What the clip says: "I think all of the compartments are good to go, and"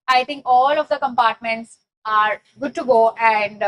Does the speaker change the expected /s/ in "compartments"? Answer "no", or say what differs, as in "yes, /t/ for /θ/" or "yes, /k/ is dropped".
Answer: no